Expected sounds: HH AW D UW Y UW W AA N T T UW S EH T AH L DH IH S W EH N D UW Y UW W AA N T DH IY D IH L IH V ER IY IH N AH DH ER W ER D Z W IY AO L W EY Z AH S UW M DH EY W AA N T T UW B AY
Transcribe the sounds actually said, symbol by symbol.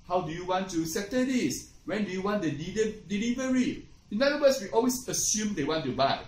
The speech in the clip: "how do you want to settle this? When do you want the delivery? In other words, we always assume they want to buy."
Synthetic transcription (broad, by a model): HH AW D UW Y UW W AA N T T UW S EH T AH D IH S W EH N D UW Y UW W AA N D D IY D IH L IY V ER IY IH N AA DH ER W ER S W IY AO L W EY S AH S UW M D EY W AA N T T UW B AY